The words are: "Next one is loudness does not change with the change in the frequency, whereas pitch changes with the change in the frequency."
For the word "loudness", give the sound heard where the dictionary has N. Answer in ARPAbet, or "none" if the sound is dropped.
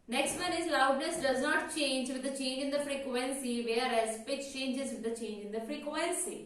L